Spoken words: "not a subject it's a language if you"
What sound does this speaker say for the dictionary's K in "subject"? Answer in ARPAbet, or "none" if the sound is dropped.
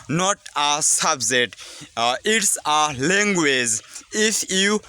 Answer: none